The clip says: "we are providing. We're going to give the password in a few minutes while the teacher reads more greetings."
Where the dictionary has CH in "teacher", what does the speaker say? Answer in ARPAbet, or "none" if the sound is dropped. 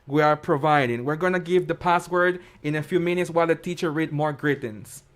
CH